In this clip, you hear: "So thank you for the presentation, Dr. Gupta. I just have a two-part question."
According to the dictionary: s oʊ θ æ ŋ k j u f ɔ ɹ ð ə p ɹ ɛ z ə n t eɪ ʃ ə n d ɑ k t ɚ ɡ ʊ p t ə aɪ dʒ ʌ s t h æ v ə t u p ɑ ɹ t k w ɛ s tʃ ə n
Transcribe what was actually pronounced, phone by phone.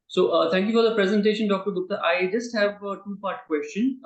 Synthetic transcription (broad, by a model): s oʊ t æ ŋ k j u f ɔ ɹ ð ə p ɹ ɛ z ə n t eɪ ʃ ə n d ɑ k t ɚ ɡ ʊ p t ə aɪ dʒ ʌ s t h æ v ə t u p ɑ ɹ t k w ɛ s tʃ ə n